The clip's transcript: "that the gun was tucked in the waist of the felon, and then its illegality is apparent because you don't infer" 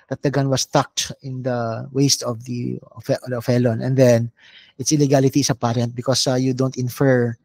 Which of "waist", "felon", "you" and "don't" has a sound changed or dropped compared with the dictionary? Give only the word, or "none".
none